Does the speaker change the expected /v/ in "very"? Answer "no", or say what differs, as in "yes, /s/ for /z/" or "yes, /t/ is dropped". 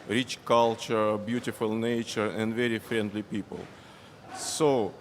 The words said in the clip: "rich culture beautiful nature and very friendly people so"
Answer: no